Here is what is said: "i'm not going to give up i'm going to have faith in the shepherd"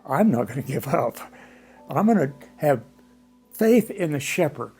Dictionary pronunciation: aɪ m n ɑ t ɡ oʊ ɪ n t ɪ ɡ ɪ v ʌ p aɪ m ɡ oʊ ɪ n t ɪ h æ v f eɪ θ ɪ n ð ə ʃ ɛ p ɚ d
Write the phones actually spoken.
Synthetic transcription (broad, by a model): aɪ m n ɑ t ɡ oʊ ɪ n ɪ ɡ ɪ v ʌ p aɪ m ɡ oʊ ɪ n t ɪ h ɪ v f eɪ θ ɪ n ð ə ʃ ɛ p ɚ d